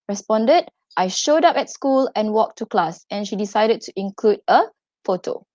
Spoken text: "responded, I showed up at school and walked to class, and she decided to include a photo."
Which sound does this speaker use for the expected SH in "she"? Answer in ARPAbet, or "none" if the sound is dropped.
SH